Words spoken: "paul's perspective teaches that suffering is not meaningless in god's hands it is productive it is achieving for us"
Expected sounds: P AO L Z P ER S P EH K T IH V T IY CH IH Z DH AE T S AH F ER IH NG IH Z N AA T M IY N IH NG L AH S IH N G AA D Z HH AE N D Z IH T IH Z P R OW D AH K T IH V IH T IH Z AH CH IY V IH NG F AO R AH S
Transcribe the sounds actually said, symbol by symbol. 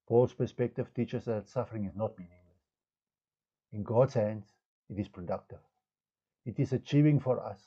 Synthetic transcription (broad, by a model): P AO L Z P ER S P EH K T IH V T IY CH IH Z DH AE T S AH F ER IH NG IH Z N AA T M IY N IH NG L AH S IH N G AA D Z HH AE N D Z IH T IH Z P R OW D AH K T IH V IH T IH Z AH CH IY V IH NG F AO R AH S